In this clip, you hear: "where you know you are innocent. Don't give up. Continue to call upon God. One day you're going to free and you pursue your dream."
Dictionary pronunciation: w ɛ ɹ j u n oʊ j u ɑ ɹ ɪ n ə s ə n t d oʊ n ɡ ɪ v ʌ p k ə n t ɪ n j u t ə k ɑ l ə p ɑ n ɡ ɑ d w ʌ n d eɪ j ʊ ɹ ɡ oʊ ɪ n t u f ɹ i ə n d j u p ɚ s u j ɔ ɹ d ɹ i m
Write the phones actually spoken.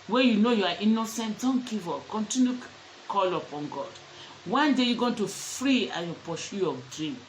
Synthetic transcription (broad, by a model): w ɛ j u n oʊ j u ɑ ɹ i n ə s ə n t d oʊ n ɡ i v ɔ k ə n t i n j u k ɑ l ə p ɑ n ɡ ɑ d w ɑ n d eɪ j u ɡ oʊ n t u f ɹ i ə j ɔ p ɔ ʃ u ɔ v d ɹ i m